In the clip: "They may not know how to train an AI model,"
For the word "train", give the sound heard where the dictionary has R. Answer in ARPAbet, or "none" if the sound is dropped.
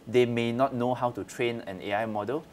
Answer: R